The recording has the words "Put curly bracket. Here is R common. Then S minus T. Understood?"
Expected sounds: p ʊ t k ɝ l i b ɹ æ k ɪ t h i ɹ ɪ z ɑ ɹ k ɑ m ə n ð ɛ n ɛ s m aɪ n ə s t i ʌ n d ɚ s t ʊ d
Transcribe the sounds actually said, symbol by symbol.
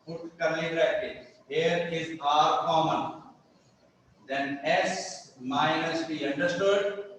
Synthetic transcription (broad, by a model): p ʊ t k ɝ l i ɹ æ ɪ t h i ɹ ɪ z ɑ ɹ k ɑ m ə n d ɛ n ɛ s m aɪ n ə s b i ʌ n d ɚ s t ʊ d